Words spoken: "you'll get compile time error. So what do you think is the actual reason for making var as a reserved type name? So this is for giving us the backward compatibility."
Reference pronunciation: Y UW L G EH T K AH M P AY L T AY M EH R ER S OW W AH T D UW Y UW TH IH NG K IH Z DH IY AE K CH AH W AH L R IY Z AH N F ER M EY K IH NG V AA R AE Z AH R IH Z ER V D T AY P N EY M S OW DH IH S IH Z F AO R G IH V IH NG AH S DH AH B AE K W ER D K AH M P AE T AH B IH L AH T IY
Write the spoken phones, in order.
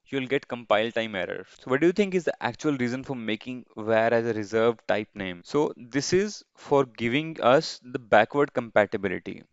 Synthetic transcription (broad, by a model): Y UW L G EH T K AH M P AY L T AY M EH R ER S OW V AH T D UW Y UW T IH NG K IH Z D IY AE K CH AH AH L R IY Z AH N F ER M EY K IH NG V AA R AE Z AH R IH Z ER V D T AY P N EY M S OW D IH S IH Z F AO R G IH V IH NG AH S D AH B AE K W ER D K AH M P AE T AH B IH L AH T IY